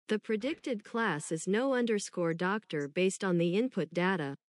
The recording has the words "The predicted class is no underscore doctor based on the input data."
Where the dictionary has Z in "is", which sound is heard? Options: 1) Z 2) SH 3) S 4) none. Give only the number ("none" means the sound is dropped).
1